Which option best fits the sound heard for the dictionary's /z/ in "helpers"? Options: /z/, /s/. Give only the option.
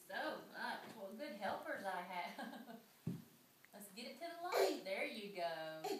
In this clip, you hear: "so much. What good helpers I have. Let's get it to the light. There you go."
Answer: /z/